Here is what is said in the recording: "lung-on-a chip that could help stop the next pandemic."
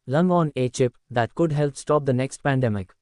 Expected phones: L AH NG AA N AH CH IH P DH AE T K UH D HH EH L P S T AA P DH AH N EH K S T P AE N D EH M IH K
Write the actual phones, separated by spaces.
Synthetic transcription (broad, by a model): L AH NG AA N AH CH IH P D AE T K UH D HH EH L P S T AA P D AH N EH K S T P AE N D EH M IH K